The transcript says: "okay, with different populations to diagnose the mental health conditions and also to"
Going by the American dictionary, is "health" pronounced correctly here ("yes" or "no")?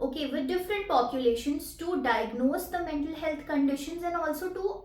no